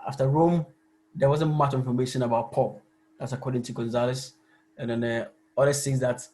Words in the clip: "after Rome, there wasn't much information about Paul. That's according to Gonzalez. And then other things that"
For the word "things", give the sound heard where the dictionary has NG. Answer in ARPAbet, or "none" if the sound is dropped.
none